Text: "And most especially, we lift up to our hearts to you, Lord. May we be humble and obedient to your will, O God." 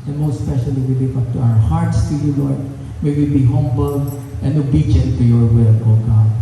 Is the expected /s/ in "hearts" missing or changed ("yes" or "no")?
no